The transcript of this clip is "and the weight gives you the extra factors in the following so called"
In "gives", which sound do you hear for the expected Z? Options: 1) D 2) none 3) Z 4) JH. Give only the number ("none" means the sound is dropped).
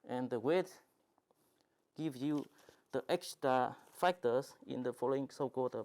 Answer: 2